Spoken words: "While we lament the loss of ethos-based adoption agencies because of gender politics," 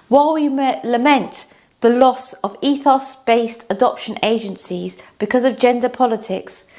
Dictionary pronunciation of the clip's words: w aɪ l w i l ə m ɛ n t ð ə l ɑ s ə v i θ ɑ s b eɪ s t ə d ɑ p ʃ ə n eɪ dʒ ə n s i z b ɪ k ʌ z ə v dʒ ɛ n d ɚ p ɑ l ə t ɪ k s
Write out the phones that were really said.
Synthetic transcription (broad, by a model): w aɪ l w i l ə m ɛ n t ð ə l ɑ s ə v i θ ɑ s b eɪ s t ə d ɑ p ʃ ə n eɪ dʒ ə n s i z b ɪ k ʌ z ə v dʒ ɛ n d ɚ p ɑ l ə t ɪ k s